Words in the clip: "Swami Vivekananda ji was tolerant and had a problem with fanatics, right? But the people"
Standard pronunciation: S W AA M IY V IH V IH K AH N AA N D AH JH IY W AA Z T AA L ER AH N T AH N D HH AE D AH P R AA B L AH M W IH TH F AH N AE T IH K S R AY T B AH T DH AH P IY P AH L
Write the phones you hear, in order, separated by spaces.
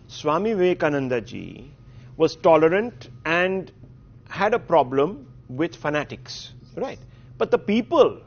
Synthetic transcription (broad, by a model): S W AA M IY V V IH K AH N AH N D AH JH IY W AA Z T AA L ER AH N T AH N D HH AE D AH P R AA B L AH M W IH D F AH N AE T IH K S R AY T B AH T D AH P IY P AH L